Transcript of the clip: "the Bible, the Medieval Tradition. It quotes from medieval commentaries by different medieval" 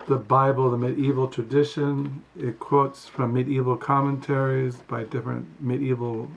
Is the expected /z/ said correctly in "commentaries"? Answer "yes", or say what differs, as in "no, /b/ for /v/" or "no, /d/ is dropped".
yes